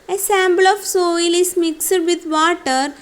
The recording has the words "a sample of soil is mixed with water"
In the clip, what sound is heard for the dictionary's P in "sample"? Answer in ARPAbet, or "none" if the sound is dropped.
B